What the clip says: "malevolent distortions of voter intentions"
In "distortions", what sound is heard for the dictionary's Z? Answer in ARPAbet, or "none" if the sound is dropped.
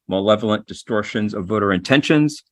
Z